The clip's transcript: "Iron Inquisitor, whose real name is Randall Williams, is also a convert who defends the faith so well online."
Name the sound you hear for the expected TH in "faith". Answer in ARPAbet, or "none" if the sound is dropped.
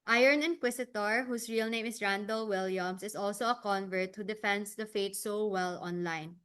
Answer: T